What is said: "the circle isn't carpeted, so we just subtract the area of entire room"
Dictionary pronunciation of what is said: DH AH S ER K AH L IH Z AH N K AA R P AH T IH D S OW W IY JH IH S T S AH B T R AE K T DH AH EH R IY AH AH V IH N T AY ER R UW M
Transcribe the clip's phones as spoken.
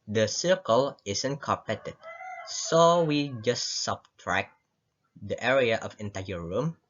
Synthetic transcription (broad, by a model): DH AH S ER K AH L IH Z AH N K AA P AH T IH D S OW W IY JH IH S T S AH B T R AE K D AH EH R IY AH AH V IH N T AY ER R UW M